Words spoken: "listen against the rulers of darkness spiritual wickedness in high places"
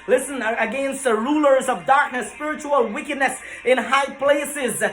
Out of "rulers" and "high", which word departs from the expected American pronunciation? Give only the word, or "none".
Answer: none